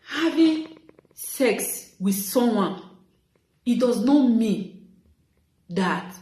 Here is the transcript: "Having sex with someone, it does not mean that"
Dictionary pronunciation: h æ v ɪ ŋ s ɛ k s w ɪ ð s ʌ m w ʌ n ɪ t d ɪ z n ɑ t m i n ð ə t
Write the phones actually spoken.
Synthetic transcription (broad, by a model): h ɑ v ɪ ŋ s ɛ k s w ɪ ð s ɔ m w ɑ n ɪ t d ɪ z n ɑ t m i n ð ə t